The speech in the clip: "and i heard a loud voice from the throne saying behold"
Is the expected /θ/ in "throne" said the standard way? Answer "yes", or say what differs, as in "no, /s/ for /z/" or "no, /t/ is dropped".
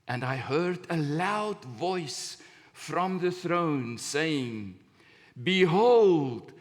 yes